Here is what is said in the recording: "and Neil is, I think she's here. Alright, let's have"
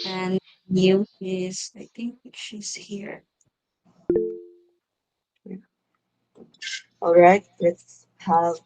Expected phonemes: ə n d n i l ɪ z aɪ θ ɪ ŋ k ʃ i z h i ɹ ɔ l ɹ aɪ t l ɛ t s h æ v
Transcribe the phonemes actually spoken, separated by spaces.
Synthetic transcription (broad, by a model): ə n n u ɪ z aɪ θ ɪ ŋ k ʃ i z h i ɹ ɔ l ɹ aɪ t l ɛ t s h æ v